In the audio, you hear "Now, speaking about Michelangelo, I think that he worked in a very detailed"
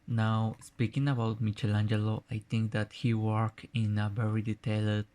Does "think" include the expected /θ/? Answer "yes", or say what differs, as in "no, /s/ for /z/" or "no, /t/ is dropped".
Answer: no, /t/ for /θ/